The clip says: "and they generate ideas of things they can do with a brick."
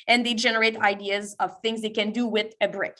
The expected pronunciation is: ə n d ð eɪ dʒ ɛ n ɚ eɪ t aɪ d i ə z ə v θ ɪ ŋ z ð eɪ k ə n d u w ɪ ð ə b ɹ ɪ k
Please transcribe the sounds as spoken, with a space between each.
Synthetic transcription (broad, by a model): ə n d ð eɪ dʒ ɛ n ɚ eɪ t aɪ d i ə z ə v θ ɪ ŋ z ð eɪ k ə n d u w ɪ ð ə b ɹ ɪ k